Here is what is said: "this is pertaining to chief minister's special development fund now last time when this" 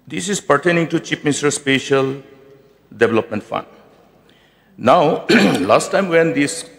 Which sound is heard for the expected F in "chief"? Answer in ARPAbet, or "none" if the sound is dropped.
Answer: P